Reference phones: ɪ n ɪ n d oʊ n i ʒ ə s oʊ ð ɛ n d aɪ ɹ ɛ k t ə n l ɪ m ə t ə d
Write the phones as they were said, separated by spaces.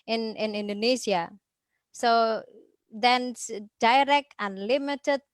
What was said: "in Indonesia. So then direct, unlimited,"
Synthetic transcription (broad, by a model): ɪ n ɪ n d oʊ n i s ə s oʊ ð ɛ n d aɪ ɹ ɛ k t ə n l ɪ m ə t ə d